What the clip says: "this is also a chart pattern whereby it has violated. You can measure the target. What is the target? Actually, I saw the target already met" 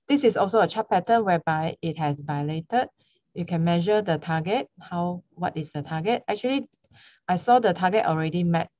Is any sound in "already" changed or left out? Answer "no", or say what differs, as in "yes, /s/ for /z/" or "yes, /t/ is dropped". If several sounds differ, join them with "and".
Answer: no